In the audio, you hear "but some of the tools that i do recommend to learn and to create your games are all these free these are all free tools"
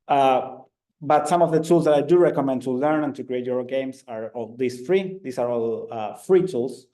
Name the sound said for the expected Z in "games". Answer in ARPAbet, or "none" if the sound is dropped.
S